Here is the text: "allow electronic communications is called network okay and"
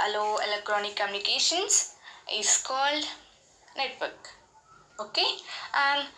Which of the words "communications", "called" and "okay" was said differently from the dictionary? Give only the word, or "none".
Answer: communications